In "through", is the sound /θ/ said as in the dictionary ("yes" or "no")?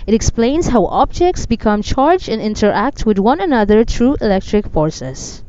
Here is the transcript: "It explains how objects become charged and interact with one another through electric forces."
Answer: no